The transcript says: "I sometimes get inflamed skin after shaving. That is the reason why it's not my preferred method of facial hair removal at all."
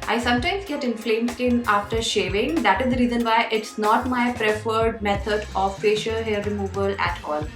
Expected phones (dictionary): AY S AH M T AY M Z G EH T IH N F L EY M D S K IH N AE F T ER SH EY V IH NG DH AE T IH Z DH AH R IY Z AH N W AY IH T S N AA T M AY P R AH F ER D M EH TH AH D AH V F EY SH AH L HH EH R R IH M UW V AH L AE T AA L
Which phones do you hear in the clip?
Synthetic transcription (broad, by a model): AY S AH M T AY M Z G EH T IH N F L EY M S K IH N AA F T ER SH EY V IH NG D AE T IH Z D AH R IY Z AH N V AY IH T S N AA T M AY P R AH F ER D M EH T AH D AH V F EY SH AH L HH EH R R IH M UW V AH L AE T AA L